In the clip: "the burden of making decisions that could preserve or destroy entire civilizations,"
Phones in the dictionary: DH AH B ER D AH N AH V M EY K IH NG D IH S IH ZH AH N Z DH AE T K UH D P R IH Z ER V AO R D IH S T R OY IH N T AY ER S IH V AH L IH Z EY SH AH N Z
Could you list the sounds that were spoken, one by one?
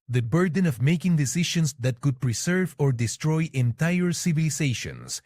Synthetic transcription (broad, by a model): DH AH B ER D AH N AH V M EY K IH NG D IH S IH SH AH N S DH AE T K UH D P R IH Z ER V AO R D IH S T R OY IH N T AY ER S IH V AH L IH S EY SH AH N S